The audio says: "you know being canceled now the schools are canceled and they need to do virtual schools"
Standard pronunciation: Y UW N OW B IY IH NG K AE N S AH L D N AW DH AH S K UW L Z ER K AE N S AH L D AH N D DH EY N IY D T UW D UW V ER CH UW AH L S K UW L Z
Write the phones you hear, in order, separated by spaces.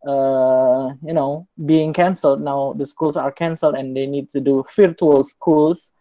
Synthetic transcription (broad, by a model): Y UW N OW B IY IH NG K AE N S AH L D N AW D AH S K UW L S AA K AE N S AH L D AH N D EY N IY D T UW D UW F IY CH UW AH L S K UW L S